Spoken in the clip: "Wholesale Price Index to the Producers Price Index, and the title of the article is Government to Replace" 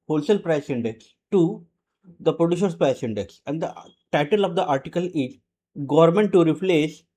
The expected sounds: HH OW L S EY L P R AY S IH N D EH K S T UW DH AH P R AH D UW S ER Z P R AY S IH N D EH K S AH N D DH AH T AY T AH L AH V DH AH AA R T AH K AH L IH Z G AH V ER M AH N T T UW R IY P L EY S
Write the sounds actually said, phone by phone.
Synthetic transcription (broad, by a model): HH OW L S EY L P R AY S IH N D EH K S T UW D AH P R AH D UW SH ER S P R AY S IH N D EH K S AH N D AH T AY T AH L AH V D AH AA R T AH K AH L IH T G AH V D M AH N T T UW R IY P L EY S